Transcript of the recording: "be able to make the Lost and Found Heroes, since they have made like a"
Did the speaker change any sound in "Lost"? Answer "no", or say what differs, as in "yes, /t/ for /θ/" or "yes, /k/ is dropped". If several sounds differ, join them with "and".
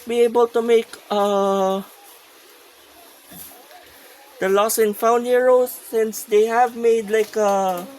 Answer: yes, /t/ is dropped